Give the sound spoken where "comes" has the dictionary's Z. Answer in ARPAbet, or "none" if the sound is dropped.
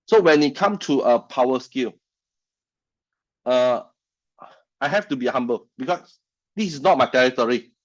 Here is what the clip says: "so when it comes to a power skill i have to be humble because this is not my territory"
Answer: none